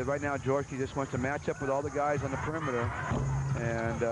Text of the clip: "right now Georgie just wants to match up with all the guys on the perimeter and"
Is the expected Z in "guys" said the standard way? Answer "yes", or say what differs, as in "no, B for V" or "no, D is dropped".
yes